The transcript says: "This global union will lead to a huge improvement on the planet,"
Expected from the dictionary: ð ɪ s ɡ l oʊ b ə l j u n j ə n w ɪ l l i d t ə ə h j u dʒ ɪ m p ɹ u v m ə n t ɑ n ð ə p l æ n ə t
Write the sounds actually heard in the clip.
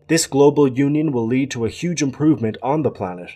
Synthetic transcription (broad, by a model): ð ɪ s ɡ l oʊ b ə l j u n j ə n w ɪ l l i d t ə ə h j u dʒ ɪ m p ɹ u v m ə n t n ð ə p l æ n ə t